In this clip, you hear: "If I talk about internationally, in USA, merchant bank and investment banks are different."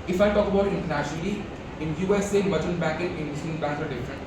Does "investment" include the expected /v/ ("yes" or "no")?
no